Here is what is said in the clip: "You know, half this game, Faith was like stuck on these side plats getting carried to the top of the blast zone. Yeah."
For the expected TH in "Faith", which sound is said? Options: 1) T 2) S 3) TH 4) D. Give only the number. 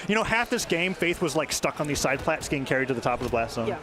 3